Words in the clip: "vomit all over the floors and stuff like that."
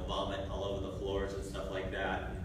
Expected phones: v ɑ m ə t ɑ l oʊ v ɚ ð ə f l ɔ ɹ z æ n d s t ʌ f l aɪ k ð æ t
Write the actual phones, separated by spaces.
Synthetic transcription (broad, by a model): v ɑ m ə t ɑ l oʊ v ɚ ð ə f l ɔ ɹ z n s t ʌ f l aɪ k ð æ t